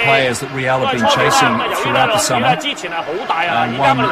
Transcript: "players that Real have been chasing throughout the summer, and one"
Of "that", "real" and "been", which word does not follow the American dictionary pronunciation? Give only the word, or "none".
real